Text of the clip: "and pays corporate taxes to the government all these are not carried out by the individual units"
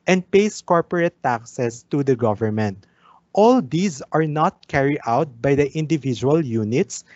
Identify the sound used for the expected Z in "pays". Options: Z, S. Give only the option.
S